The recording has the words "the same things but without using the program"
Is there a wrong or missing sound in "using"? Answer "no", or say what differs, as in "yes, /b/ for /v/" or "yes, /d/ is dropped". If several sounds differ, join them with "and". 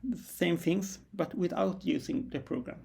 yes, /s/ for /z/